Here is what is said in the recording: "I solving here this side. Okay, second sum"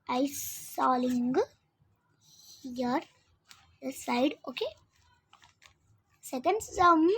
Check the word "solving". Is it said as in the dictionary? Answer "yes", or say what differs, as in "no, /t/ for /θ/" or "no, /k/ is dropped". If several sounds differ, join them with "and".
no, /v/ is dropped